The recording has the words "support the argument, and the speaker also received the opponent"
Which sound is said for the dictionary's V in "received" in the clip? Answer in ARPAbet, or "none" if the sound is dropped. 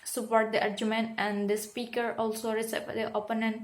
P